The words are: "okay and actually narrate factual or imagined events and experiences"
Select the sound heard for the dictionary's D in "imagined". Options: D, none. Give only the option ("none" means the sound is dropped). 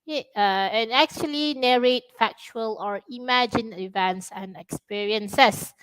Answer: none